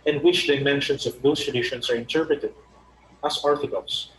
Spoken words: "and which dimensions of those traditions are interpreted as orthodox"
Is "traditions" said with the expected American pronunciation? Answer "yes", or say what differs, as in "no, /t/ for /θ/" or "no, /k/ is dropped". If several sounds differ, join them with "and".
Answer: no, /s/ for /z/